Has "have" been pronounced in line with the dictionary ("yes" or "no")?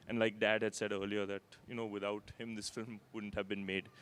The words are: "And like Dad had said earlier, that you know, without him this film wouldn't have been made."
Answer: yes